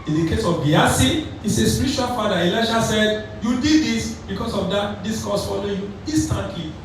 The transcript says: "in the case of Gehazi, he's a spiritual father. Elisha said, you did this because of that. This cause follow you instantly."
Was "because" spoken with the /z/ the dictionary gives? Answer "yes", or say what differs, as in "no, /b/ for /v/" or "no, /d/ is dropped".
no, /s/ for /z/